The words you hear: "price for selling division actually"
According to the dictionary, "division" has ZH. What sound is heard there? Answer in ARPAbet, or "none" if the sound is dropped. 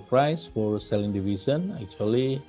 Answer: S